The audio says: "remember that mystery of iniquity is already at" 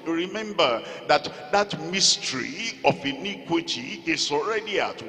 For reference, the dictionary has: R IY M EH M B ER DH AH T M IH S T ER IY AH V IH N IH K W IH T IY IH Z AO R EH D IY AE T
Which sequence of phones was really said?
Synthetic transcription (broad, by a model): R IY M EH M B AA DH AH T M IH S T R IY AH F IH N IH K W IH T IY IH S AO R EH D IY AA T